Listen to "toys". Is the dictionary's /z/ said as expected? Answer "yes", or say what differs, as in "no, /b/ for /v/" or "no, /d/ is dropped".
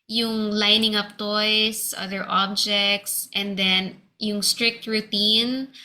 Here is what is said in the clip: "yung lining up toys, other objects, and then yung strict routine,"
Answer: no, /s/ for /z/